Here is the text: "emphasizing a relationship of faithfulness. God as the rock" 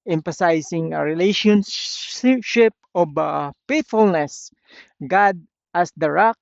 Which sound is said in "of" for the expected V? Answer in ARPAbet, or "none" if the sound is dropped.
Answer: B